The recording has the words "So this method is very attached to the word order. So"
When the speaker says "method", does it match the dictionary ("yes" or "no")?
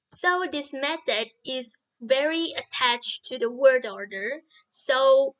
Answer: yes